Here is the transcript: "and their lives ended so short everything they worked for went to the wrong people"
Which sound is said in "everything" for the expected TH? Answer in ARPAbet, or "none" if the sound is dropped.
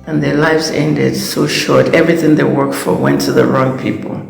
TH